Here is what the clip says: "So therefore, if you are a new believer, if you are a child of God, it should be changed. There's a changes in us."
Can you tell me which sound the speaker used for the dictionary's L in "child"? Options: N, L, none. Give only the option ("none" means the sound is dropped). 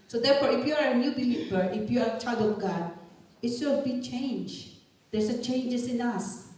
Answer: none